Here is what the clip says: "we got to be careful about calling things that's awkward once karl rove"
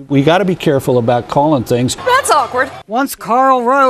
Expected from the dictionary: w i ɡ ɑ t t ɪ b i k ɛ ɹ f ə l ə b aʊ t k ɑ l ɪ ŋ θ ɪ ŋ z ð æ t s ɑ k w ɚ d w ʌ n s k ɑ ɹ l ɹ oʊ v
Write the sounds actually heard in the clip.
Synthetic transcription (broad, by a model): w i ɡ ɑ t t ɪ b i k ɛ ɹ f l ə b aʊ t k ɑ l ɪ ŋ θ ɪ ŋ z ð æ t s ɑ k w ɚ d w ʌ n s k ɑ ɹ l ɹ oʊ